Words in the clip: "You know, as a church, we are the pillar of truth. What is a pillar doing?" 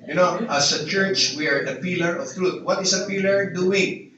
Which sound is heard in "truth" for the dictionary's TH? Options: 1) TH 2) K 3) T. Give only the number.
3